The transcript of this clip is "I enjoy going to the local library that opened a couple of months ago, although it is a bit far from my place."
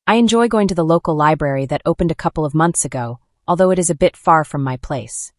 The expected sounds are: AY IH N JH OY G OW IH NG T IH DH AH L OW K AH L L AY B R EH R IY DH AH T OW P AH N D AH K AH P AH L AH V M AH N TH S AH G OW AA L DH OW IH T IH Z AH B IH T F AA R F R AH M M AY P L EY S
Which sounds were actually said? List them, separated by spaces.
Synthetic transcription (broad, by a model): AY IH N JH OY G OW IH NG T IH DH AH L OW K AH L L AY B R EH R IY DH AH T OW P AH N D AH K AH P L AH V M AH N TH S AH G OW AA L DH OW IH T IH Z AH B IH T F AA R F R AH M M AY P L EY S